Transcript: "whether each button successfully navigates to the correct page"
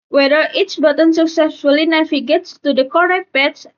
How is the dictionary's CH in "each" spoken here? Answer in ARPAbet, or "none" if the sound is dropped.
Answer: S